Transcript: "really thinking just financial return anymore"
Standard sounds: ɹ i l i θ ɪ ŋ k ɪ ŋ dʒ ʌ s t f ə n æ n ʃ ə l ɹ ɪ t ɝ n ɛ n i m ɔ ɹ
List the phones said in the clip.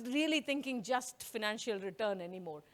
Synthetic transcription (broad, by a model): ɹ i l i t ɪ ŋ k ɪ ŋ dʒ ʌ s t f ə n æ n ʃ ə l ɹ ɪ t ɝ n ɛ n i m ɔ ɹ